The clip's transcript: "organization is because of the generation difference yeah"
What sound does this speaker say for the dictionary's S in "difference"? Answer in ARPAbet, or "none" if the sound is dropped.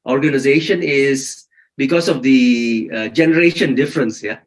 S